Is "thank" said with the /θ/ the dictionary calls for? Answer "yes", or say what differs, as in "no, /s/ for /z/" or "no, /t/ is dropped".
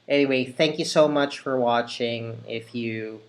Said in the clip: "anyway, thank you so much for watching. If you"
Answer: yes